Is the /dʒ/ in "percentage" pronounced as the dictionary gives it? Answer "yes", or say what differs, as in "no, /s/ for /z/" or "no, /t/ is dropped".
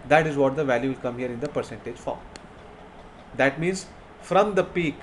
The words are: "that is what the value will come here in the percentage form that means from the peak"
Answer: yes